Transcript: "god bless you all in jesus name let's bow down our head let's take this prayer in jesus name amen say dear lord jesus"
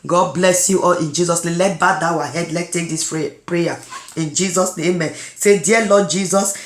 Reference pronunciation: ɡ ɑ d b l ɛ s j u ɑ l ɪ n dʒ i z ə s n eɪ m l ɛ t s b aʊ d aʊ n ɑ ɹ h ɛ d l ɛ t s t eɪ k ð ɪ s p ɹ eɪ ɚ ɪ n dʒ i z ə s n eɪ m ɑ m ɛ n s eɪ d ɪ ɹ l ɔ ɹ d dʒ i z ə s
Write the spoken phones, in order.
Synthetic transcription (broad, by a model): ɡ ɑ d b l ɛ s j u ɑ l ɪ n dʒ i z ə s n eɪ m l ɛ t b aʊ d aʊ ɑ h ɛ d l ɛ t t eɪ k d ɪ s p ɹ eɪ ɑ ɪ n dʒ i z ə s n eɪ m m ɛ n s eɪ d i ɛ l ɔ d dʒ i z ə s